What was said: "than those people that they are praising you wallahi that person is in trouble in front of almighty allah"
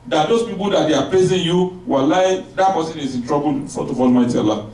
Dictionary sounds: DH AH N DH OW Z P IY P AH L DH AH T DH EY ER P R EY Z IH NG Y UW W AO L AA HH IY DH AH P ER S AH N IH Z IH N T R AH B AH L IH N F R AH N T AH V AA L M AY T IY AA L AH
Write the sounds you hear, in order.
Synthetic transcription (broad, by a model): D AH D OW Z P IY P AH L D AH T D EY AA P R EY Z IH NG Y UW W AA L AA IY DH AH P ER S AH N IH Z IH N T R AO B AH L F AO T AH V AA L M AY T IY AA L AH